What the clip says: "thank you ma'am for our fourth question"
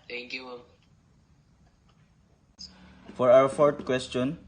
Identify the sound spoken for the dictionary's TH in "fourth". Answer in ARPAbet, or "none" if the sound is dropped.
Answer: T